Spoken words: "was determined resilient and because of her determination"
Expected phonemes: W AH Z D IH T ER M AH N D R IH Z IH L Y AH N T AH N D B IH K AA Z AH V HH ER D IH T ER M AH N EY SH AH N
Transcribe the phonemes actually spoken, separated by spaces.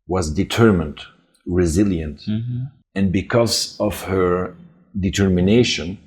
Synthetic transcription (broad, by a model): W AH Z D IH T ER M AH N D R IH Z IH L Y AH N T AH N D B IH K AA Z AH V HH ER D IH T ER M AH N EY SH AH N